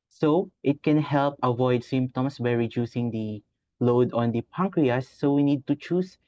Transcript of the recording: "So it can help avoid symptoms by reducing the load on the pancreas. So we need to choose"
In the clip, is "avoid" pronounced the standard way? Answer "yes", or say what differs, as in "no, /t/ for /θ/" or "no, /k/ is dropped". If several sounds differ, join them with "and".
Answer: yes